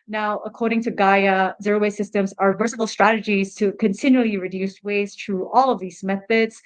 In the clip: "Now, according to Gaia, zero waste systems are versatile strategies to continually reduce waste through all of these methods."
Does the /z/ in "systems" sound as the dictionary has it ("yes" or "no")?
yes